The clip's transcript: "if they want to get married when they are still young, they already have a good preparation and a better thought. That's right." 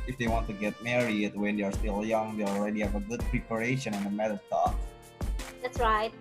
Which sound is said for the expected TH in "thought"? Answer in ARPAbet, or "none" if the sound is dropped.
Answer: T